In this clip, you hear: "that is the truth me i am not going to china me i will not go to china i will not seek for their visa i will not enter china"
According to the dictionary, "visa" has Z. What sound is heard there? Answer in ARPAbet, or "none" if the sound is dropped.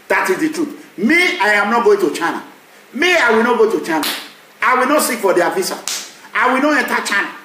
S